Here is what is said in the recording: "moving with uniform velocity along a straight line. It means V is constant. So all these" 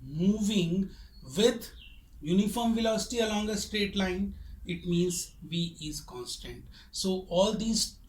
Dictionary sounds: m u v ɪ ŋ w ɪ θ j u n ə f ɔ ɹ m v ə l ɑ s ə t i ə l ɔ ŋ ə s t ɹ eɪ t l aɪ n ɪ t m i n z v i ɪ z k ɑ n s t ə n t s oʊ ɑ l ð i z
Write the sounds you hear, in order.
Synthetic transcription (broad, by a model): m u v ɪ ŋ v ɪ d j u n ə f ɔ ɹ m v ə l ɑ s ə t i ə l ɔ ŋ ə s t ɹ eɪ t l aɪ n ɪ t m i n z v i ɪ z k ɑ n s t ə n t s oʊ ɑ l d i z